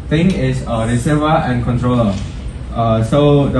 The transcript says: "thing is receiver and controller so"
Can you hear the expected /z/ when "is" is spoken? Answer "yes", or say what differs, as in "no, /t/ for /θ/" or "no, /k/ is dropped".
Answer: no, /s/ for /z/